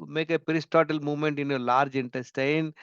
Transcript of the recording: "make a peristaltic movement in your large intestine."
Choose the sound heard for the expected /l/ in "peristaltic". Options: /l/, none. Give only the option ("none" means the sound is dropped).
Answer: none